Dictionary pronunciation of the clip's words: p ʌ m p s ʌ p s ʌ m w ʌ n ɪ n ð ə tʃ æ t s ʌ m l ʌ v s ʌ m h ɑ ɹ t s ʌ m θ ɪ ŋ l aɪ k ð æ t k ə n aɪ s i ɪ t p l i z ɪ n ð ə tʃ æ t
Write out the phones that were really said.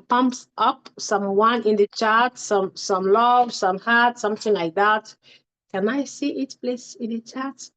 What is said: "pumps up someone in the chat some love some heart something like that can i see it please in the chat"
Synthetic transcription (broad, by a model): p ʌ m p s ʌ p s ʌ m w ʌ n ɪ n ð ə tʃ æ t s ʌ m l ʌ v s ʌ m h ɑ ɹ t s ʌ m θ ɪ ŋ l aɪ k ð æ t k ə n aɪ s i ɪ t p l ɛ s ɪ n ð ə tʃ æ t